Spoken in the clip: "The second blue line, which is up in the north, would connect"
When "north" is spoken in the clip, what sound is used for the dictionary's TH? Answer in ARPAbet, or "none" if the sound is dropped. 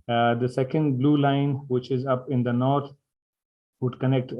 T